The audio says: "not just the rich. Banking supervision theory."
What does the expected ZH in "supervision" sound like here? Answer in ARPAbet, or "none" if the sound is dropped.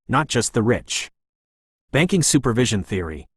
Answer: ZH